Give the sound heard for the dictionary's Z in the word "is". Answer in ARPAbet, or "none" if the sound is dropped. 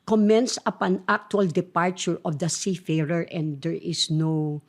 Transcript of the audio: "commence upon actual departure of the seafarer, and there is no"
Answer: S